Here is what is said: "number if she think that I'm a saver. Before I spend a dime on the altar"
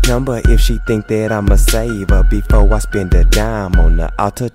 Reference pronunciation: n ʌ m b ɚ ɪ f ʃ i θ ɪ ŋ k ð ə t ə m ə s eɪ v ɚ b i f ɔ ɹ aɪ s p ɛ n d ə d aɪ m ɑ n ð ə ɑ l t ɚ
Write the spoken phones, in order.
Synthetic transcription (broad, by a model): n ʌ m b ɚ ɪ f ʃ i θ ɪ ŋ k ð ə t ə m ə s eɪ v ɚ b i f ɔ w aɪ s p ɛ n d ə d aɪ m ɑ n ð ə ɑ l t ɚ